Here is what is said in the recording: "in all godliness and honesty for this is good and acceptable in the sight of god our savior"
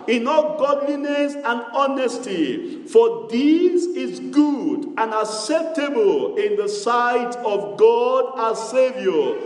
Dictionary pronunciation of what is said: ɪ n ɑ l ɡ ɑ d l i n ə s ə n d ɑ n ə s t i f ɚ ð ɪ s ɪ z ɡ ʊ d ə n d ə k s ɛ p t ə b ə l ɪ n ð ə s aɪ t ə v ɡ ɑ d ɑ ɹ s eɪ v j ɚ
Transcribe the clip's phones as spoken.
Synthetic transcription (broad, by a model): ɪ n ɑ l ɡ ɑ d l i n ə s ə n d ɑ n ə s t i f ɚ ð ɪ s ɪ z ɡ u d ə n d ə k s ɛ p t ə b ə l ɪ n ð ə s aɪ t ə v ɡ ɑ d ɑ s eɪ v j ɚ